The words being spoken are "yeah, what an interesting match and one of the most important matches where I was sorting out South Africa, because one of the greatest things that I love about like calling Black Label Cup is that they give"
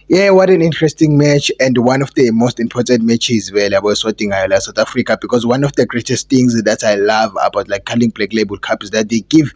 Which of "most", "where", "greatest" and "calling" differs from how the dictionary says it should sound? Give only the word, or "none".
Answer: where